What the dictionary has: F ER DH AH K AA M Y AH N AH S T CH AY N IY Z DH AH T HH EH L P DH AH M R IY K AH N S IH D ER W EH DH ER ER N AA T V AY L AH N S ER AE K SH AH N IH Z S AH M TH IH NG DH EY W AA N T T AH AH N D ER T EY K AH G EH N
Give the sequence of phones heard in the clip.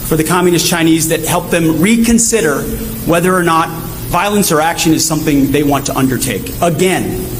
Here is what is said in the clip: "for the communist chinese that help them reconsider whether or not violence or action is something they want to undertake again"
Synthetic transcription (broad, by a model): F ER DH AH K AA M Y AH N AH S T CH AY N IY Z DH AH T HH EH L P DH AH M R IY K AH N S IH D ER W EH DH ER ER N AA T V AY L AH N S ER AE K SH AH N IH Z S AH M TH IH NG DH EY W AA N T T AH AH N D ER T EY K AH G EH N